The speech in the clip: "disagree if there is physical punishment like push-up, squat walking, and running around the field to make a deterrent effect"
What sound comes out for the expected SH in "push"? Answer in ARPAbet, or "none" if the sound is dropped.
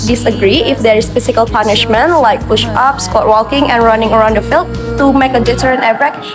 SH